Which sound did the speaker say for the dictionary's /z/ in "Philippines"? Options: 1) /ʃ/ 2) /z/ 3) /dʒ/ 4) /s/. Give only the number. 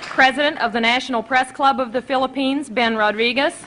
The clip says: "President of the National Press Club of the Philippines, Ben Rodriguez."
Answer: 2